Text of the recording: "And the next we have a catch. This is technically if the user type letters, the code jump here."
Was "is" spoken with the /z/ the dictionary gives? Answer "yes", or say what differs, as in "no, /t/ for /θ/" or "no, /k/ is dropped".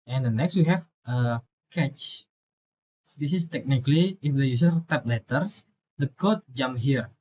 no, /s/ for /z/